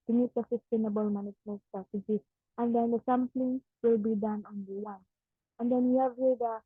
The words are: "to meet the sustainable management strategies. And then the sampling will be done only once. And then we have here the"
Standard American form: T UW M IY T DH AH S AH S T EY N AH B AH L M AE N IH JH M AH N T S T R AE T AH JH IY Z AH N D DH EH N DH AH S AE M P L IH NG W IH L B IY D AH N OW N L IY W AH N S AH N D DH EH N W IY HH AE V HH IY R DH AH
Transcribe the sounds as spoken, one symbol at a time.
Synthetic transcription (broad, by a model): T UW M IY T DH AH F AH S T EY N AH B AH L M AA N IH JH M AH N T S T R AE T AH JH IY AH N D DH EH N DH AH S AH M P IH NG W IH L B IY D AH N OW N L IY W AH N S AH N D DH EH N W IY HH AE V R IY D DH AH